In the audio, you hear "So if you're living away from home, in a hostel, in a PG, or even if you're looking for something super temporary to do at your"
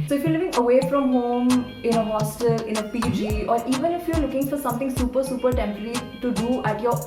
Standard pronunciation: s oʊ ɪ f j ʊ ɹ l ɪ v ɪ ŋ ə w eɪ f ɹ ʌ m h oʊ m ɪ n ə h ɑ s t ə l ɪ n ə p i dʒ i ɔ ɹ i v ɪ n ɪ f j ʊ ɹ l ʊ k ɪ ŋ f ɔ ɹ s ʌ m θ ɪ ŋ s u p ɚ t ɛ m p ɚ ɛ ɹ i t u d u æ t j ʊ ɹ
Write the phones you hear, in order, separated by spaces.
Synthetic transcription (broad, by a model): s oʊ ɪ f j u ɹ l ɪ v ɪ ŋ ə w eɪ f ɹ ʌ m h oʊ m ɪ n ə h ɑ s t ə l ɪ n ə p i dʒ i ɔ ɹ i v ɪ n ɪ f j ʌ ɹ l ʊ k ɪ ŋ f ɔ ɹ s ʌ m t ɪ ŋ s u p ɚ s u p ɚ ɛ ɹ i t u d u æ t j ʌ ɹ